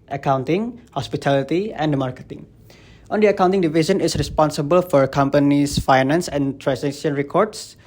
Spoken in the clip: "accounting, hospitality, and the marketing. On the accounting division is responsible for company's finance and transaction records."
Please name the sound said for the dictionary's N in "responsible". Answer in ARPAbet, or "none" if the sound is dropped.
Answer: N